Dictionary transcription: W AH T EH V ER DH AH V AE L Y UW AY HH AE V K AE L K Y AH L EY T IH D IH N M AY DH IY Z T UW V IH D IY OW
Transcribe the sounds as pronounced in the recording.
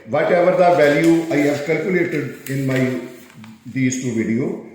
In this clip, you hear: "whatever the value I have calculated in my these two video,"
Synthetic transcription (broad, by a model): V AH T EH V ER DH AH V AE L Y UW AY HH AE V K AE L K Y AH L EY T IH D IH N M AY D IY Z T UW V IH D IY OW